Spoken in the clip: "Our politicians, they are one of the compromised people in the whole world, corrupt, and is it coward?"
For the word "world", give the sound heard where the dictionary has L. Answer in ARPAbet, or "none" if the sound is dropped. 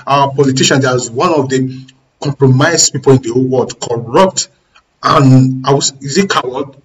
none